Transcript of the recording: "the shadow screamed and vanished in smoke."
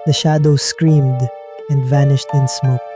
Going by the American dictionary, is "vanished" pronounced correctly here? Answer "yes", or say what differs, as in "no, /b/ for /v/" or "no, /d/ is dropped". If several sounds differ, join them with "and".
yes